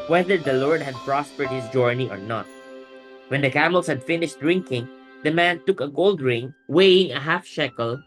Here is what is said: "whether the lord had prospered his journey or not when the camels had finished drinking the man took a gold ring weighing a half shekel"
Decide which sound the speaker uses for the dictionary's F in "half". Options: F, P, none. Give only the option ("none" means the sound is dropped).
F